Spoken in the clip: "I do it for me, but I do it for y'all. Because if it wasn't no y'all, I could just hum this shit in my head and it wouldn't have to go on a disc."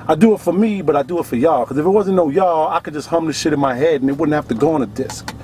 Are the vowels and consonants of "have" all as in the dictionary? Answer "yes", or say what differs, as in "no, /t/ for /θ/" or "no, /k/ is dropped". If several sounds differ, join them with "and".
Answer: no, /f/ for /v/